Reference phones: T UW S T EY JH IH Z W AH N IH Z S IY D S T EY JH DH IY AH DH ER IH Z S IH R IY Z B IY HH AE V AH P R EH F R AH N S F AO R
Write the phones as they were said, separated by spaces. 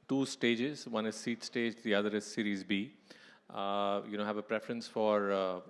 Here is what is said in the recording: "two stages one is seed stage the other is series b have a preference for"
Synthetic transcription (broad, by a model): T UW S T EY JH IH Z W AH N IH Z S IY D S T EY JH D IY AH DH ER IH Z S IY R IY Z B IY HH AE V AH P R EH F R AH N S F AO R